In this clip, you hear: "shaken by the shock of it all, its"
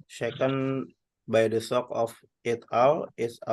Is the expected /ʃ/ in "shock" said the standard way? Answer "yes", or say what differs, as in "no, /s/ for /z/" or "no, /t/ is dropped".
no, /s/ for /ʃ/